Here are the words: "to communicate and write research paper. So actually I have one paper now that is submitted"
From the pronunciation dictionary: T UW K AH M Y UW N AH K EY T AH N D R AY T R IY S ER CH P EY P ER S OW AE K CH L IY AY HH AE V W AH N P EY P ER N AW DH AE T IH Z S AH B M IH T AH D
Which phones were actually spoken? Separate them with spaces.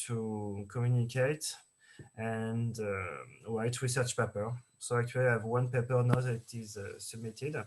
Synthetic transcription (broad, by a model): T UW K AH M Y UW N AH K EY T AH N D W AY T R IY S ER CH P EY P ER S OW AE K CH W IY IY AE V W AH N P EY P ER N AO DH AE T IH Z S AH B M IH T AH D